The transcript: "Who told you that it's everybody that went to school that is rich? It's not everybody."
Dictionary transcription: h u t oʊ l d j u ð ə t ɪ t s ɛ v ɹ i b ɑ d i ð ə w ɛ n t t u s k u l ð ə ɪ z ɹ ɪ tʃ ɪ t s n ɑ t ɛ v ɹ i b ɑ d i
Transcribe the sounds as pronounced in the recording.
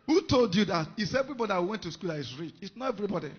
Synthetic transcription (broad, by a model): h u t oʊ l d j u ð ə t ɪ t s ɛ v ɹ i b ɑ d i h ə w ɛ n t t u s k u l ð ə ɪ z ɹ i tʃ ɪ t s n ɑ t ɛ v ɹ i b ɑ d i